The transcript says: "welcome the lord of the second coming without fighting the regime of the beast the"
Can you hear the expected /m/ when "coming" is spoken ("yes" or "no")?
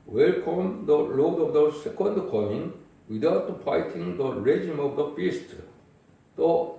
no